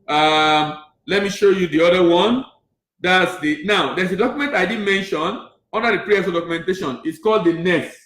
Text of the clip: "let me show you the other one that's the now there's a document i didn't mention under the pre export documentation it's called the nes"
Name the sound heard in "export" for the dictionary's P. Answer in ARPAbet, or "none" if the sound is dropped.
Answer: none